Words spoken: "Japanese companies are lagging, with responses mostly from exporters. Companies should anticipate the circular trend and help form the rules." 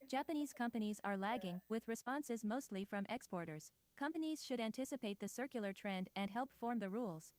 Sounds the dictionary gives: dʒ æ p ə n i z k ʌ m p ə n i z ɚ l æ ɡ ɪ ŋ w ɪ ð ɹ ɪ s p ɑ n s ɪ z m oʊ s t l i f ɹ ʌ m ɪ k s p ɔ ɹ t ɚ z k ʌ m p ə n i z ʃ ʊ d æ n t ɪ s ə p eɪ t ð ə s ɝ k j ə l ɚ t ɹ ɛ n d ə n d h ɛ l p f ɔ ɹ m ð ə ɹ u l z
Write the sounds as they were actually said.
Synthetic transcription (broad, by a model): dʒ æ p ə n i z k ʌ m p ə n i z ɚ l æ ɡ ɪ ŋ w ɪ ð ɹ ɪ s p ɑ n s ɪ z m oʊ s t l i f ɹ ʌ m ɪ k s p ɔ ɹ t ɚ z k ʌ m p ə n i z ʃ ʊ d æ n t ɪ s ə p eɪ t ð ə s ɝ k j l ɚ t ɹ ɛ n d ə n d h ɛ l p f ɔ ɹ m ð ə ɹ u l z